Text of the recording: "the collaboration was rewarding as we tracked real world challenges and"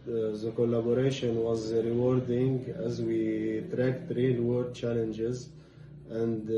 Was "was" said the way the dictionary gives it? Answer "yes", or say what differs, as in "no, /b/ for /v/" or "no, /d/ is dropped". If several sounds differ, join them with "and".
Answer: yes